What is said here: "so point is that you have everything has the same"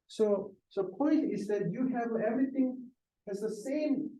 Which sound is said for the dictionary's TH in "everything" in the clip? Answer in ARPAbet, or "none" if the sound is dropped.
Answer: TH